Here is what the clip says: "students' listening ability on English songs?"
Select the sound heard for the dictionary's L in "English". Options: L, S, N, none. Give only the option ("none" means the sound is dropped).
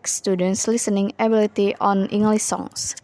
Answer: L